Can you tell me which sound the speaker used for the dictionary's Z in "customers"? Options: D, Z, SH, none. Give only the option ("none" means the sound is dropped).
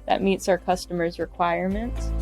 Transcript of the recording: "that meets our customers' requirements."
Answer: Z